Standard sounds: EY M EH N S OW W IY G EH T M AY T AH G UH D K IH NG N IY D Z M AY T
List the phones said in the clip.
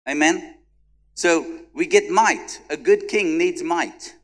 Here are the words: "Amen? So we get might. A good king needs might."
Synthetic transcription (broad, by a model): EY M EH N S OW W IY G EH T M AY T AH G UH D K IH NG N IY D Z M AY T